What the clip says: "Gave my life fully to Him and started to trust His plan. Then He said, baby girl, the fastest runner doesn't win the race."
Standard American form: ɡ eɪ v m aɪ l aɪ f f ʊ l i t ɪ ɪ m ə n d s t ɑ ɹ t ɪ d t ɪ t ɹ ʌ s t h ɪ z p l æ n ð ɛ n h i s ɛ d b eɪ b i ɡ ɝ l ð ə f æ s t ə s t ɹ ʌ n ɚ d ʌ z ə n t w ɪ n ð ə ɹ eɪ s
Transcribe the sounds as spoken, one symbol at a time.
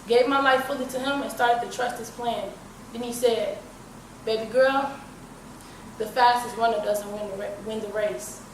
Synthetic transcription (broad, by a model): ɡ eɪ v m aɪ l aɪ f f ʊ l i t ɪ ɪ m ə n s t ɑ ɹ t ɪ d t ɪ t ɹ ʌ s t h ɪ z p l æ n ð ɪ n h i s ɛ d b eɪ b i ɡ ɝ l ð ə f æ s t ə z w ʌ n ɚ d ʌ z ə n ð w ɪ n ð ə ɹ eɪ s